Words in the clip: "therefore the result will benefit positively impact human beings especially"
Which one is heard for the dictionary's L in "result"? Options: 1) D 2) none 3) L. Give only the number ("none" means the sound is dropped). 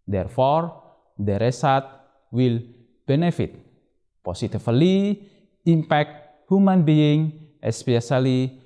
2